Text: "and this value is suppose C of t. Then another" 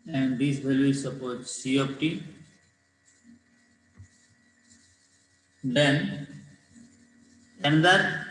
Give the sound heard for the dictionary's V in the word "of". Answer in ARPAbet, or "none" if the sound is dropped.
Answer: P